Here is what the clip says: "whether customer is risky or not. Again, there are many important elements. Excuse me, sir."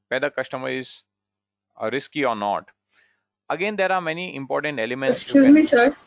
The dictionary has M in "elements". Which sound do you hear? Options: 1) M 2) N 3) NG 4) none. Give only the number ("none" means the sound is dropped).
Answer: 4